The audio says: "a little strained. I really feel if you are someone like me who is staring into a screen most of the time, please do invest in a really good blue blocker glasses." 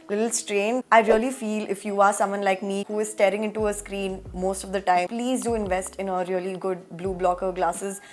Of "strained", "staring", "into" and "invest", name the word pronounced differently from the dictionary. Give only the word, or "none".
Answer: strained